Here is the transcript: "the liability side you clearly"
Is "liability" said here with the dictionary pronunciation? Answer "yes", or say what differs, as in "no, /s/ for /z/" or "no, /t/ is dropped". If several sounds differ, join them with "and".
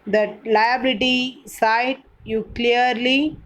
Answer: yes